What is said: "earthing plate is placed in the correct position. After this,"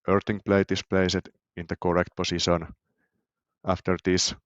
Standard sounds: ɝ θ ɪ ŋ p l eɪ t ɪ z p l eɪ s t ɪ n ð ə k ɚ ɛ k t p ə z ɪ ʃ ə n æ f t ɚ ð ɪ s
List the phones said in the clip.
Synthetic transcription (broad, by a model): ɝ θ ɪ ŋ p l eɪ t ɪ s p l eɪ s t ɪ n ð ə k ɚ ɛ k t p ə s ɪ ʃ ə n æ f t ɚ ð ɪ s